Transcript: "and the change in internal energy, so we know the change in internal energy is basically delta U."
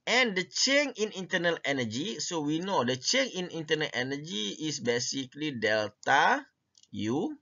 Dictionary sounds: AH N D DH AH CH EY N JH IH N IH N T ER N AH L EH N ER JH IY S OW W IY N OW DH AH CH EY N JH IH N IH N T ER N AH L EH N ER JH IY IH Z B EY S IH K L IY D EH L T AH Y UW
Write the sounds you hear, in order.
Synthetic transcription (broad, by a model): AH N D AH CH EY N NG IH N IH N T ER N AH L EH N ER JH IY S OW W IY N OW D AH CH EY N IH N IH N T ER N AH L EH N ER JH IY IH S B EY S IH K L IY D EH L T AH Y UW